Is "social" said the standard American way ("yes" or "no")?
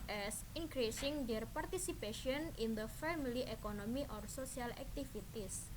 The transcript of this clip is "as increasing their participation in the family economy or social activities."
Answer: no